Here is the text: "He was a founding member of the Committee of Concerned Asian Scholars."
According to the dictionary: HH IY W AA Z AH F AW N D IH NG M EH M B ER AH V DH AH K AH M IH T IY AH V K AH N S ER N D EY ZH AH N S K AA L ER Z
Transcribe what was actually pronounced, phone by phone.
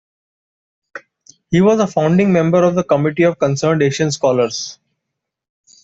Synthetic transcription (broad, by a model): HH IY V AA Z AH F AW N D IH NG M EH M B ER AH V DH AH K AH M IH T IY AH V K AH N S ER N D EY SH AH N S K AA L ER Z